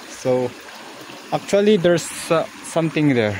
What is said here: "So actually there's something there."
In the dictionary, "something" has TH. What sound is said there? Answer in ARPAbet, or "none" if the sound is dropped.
T